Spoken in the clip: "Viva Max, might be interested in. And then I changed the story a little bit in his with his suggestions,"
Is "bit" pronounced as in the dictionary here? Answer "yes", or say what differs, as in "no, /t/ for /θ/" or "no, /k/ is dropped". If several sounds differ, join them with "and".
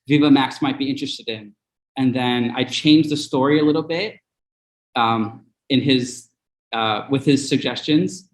yes